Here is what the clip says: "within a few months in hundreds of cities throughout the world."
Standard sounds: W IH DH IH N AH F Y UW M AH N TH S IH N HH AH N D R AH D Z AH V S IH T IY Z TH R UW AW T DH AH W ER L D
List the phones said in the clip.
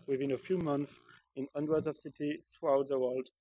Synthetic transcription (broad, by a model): W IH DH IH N AH F Y UW M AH N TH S IH N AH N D W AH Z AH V S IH T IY TH R UW AW T DH AH W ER L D